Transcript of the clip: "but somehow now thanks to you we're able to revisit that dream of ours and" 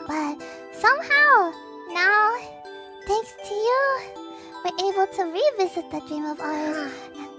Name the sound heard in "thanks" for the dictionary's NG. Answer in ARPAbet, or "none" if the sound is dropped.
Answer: NG